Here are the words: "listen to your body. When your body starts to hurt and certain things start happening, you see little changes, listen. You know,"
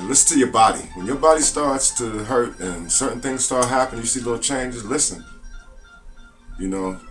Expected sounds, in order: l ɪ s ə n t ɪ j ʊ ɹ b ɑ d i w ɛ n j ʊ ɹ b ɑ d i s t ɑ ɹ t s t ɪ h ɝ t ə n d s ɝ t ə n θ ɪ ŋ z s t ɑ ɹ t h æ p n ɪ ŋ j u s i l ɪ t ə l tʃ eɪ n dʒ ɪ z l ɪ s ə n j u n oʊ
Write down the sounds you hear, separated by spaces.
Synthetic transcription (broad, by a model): l ɪ s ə n t ɪ j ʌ ɹ b ɑ d i w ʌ n j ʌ ɹ b ɑ d i s t ɑ ɹ t s t ɪ h ɝ t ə n s ɝ t n θ ɪ ŋ z s t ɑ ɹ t h æ p ɪ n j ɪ s i l ɪ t l tʃ eɪ n dʒ ɪ z l ɪ s ə n j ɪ n oʊ